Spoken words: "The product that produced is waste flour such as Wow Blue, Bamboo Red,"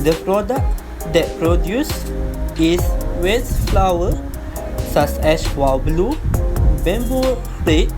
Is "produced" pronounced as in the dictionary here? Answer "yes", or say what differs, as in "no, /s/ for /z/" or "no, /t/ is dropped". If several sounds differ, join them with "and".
no, /t/ is dropped